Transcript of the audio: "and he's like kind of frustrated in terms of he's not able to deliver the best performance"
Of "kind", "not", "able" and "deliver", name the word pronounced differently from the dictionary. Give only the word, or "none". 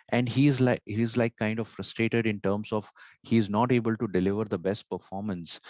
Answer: none